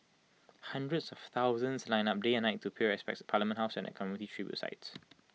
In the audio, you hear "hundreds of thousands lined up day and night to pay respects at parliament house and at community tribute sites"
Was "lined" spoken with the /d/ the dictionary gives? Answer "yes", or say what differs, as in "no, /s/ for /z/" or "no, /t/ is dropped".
no, /d/ is dropped